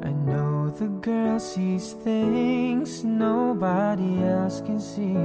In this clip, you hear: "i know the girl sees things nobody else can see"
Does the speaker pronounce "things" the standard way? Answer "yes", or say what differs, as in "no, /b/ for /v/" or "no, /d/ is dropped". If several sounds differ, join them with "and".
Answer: yes